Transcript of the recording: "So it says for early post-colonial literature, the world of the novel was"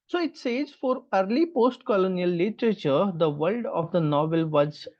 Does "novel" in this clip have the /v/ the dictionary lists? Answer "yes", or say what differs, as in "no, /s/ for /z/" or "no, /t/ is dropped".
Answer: yes